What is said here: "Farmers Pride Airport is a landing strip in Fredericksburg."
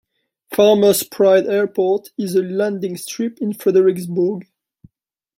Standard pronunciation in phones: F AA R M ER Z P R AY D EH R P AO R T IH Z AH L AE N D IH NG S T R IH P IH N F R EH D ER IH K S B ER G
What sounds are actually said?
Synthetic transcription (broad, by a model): F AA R M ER S P R AY D EH R P AO R T IH Z AH L AE N D IH NG S T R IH P IH N F R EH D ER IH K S B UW G